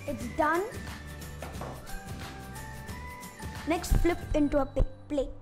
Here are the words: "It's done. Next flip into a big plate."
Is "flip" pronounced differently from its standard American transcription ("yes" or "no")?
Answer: no